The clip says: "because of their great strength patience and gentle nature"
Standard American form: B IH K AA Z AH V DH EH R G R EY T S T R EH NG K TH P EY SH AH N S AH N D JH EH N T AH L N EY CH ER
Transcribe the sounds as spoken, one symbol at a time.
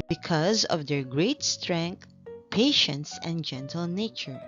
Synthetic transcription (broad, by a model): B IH K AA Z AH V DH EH R G R EY T S T R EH NG K T P EY SH AH N S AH N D JH EH N T AH L N EY CH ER